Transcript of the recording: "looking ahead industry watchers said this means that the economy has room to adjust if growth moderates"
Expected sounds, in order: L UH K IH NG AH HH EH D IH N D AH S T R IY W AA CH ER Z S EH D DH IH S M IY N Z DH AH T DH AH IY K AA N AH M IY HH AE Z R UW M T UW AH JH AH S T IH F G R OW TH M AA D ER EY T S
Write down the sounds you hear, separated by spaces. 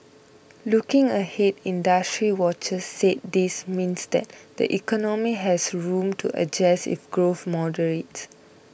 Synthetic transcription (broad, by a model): L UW K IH NG AH HH EH D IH N D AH S T R IY W AA CH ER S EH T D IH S M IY N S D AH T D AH IY K AA N AH M IY HH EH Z R UW M T UW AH JH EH S IH F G R OW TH M AA D ER EY T S